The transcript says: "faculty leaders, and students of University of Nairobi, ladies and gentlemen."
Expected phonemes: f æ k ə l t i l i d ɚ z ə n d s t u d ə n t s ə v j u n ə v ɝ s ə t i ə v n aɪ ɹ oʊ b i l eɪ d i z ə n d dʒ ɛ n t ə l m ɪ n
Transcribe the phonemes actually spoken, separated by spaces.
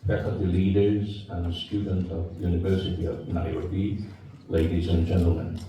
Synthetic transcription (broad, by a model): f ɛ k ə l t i l i d ɚ z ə n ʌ s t u d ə n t ə v j u n ə v ɝ s ə t i ə v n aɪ oʊ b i l eɪ d i z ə n dʒ ɛ n t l m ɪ n